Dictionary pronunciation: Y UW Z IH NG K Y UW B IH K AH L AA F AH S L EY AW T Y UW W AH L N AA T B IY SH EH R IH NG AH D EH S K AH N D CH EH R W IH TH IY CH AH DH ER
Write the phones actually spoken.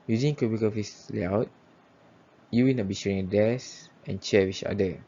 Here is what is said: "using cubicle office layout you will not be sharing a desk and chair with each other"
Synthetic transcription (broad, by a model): Y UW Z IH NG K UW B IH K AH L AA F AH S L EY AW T Y UW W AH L N AA T B IY SH EH R IH NG AH D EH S AH N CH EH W IY CH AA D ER